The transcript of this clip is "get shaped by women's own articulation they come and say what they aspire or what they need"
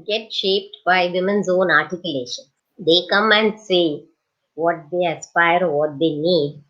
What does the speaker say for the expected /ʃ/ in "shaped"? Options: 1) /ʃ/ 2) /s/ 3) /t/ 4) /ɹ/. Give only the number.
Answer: 1